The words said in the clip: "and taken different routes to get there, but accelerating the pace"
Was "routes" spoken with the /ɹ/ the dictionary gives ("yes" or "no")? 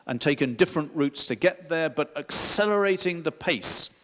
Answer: yes